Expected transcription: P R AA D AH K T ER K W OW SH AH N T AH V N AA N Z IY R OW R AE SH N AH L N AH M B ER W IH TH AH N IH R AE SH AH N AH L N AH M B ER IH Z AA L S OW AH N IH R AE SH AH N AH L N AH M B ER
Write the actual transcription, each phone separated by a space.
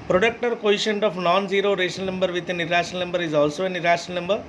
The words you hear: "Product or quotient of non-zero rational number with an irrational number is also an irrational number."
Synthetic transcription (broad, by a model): P R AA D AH K T ER K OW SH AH N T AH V N AA N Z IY R OW R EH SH AH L N AH M B ER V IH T AH N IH R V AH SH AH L N AH M B ER IH Z AA L S OW AH N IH R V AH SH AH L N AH M B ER